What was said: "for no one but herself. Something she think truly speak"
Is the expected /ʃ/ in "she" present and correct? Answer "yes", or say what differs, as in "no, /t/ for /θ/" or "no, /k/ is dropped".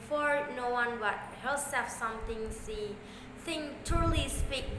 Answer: no, /s/ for /ʃ/